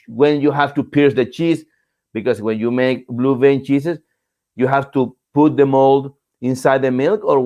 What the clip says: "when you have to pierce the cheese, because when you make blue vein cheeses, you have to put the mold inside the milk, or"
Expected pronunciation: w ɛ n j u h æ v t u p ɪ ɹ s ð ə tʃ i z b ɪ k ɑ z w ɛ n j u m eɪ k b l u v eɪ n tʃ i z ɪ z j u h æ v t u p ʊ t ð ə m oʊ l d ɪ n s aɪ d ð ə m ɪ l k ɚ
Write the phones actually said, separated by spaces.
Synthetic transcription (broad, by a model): w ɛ n j u h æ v t u p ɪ ɹ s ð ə tʃ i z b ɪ k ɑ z w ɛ n j u m eɪ k b l u v eɪ n tʃ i s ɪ s j u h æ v t u p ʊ t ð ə m oʊ l d ɪ n s aɪ d ð ə m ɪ l k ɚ